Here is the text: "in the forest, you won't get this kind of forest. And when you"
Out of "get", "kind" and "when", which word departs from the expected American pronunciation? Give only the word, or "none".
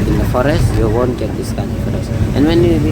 none